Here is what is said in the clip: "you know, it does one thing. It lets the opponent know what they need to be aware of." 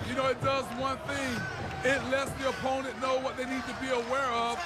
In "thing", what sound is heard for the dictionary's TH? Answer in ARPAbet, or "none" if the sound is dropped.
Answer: TH